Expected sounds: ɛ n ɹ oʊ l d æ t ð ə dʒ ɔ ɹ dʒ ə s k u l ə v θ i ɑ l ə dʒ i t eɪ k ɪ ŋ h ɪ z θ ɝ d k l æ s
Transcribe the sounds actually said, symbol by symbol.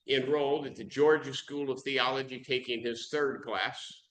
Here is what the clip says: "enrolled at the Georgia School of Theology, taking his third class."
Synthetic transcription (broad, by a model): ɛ n ɹ oʊ l d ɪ t ð ə dʒ ɔ ɹ dʒ ə s k u l ə v θ i ɑ l ə dʒ i t eɪ k ɪ ŋ ɪ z θ ɝ d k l æ s